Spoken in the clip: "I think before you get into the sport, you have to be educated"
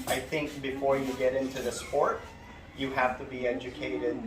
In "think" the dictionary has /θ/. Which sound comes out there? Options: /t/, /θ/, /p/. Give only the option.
/θ/